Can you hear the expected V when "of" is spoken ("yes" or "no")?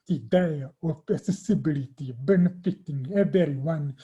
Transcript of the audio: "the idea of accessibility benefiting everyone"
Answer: no